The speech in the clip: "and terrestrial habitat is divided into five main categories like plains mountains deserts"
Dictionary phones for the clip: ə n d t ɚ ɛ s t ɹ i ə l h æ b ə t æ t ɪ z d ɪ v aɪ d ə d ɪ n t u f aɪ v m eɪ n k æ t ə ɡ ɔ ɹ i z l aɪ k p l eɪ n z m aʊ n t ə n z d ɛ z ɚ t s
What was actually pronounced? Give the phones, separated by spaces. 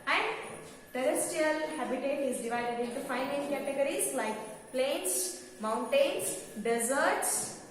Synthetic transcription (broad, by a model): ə n d t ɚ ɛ s t i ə l h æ b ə t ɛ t ɪ z d ɪ v aɪ d ə d ɪ n t u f aɪ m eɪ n k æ t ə ɡ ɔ ɹ i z l aɪ k p l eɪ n s m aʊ n t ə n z d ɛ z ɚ t s